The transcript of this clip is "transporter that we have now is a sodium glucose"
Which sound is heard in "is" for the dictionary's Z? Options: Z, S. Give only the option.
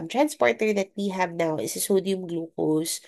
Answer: S